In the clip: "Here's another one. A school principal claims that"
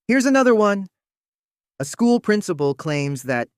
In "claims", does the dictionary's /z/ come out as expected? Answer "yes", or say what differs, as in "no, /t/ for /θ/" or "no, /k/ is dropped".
yes